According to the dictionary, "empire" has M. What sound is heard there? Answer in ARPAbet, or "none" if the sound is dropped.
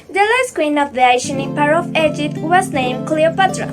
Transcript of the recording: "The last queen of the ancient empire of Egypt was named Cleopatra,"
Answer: none